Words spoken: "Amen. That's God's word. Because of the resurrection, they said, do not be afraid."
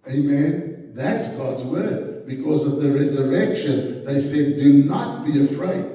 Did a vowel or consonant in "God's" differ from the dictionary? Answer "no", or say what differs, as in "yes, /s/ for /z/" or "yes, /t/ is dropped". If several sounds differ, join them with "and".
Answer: no